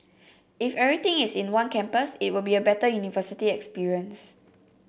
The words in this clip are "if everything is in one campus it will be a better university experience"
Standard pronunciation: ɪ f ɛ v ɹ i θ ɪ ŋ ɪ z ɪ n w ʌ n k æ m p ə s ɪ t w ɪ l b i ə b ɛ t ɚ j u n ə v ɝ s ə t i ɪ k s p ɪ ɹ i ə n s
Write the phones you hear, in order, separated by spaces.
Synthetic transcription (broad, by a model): ɪ f ɛ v ɹ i t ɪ ŋ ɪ s ɪ n w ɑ n k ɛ m p ə s ɪ t w ɪ l b i ə b ɛ t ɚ j u n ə v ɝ s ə t i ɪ k s p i ɹ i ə n s